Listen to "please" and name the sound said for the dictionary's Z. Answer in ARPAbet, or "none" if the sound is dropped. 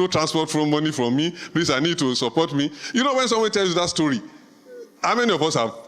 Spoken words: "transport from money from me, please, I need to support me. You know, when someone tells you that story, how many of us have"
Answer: S